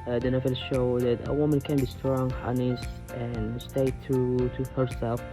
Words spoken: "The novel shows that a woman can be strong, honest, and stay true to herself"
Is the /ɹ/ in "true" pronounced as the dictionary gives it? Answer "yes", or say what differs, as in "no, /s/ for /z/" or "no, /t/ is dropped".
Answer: no, /ɹ/ is dropped